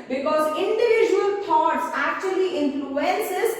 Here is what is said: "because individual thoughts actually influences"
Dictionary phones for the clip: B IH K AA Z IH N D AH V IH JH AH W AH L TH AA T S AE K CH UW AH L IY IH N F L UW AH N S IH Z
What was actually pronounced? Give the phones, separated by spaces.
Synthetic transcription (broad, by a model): B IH K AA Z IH N D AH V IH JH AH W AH L T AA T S AE K CH UW AH L IY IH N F L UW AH N S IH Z